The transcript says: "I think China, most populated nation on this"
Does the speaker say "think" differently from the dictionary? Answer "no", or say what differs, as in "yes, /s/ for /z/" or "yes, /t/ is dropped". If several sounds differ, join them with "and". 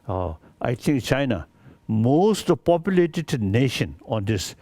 yes, /t/ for /θ/